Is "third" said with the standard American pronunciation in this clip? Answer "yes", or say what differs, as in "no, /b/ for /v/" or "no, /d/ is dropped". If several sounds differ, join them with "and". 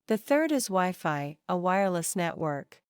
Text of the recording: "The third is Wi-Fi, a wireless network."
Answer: yes